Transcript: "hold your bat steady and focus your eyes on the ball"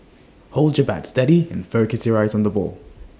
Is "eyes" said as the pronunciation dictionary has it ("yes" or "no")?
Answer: yes